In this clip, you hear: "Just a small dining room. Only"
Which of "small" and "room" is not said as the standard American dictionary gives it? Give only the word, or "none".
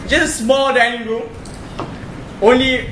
room